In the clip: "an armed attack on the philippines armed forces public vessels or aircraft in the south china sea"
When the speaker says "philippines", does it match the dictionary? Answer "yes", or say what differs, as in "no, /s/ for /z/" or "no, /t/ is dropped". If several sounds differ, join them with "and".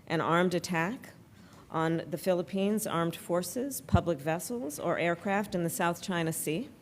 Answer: yes